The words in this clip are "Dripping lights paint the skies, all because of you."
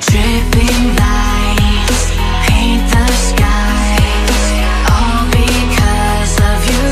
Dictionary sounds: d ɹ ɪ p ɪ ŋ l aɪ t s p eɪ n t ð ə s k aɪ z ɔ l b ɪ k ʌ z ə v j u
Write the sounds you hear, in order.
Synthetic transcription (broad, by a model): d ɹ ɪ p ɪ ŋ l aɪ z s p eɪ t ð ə s k aɪ z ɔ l b ɪ k ʌ z ə v j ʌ